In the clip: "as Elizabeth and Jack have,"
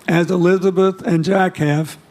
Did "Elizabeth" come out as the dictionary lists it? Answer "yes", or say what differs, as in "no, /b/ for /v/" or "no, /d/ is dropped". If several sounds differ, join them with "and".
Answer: yes